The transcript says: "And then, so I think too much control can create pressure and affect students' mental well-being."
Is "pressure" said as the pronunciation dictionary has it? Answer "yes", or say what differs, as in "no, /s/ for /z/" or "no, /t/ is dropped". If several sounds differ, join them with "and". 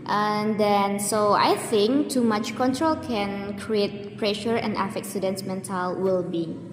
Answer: yes